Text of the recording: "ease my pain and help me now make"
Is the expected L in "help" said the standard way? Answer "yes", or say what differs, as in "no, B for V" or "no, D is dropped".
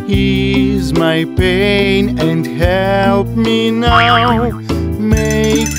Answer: yes